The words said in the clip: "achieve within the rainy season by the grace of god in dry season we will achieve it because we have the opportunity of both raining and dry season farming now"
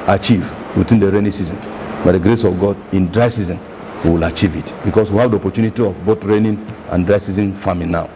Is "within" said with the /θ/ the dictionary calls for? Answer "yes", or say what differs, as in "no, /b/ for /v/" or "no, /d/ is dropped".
no, /t/ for /θ/